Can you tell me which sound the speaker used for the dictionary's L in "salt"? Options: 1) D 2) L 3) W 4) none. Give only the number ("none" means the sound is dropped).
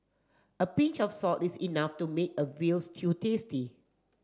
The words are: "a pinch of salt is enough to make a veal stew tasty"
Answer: 4